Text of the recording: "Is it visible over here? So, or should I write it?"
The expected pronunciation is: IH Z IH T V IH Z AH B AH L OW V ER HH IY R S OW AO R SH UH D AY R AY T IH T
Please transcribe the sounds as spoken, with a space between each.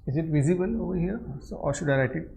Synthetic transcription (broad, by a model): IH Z IH T V IH Z AH B AH L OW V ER HH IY R S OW AO R SH UH D AY L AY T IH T